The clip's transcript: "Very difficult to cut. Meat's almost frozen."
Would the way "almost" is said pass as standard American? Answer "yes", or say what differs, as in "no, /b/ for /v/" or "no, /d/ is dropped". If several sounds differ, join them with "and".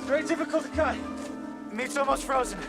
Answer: no, /l/ is dropped